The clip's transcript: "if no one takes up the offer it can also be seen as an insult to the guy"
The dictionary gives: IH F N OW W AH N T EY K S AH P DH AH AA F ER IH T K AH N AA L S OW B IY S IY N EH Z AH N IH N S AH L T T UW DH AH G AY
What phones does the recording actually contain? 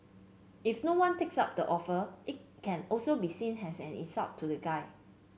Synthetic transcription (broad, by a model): IH F N OW W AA N T EY K S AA P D AH AA F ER IH T K AH N AA L S OW B IY S IY N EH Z AH N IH S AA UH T T UW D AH G AY